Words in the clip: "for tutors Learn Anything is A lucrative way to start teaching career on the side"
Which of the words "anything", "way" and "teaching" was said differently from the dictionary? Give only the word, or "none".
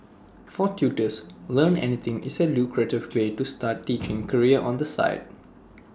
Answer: anything